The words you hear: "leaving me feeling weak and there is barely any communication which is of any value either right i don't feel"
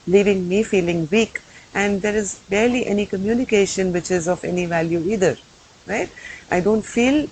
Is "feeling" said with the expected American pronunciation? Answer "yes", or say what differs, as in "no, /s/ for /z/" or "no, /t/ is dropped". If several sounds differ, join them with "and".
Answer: yes